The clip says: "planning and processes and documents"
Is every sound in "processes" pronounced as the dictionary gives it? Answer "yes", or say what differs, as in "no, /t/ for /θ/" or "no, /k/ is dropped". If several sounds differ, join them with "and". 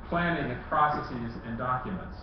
yes